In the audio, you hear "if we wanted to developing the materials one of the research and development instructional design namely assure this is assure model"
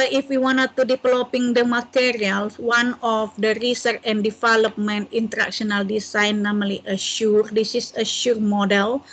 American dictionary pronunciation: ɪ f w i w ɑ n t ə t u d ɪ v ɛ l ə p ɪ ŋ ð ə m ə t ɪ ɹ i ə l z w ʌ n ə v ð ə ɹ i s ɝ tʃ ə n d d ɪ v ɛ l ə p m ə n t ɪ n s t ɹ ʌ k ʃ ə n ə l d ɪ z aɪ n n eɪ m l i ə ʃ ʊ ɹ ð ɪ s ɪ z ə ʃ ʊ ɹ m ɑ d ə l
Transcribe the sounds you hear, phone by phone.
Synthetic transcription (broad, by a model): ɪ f w i w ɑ n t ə t u d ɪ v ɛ l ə p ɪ ŋ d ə m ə t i ɹ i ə l s w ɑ n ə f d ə ɹ i s ɝ tʃ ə n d d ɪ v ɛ l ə p m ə n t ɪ n t ɹ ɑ k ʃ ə n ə l d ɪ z aɪ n n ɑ m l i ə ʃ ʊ ɹ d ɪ s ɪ s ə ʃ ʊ ɹ m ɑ d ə l